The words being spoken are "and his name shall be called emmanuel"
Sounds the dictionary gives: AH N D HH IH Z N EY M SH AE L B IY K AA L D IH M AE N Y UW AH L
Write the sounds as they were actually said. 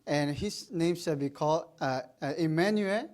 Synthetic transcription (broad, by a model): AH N HH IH S N EY M S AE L B IY K AA L D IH M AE N Y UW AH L